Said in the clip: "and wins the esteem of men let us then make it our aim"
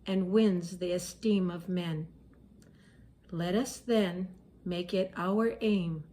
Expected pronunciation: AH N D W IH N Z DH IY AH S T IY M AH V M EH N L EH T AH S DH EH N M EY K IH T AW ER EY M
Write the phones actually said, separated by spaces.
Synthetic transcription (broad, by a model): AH N W IH N Z DH IY AH S T IY M AH V M EH N L EH T AH S DH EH N M EY K IH T AW ER EY M